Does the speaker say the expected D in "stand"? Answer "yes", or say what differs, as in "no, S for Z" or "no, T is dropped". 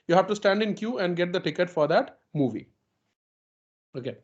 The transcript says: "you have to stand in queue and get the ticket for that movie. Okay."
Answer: yes